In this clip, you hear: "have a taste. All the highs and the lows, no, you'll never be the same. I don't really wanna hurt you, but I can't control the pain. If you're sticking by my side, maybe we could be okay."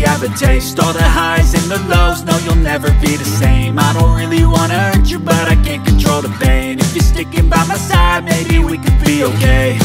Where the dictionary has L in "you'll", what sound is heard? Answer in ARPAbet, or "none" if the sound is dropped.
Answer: L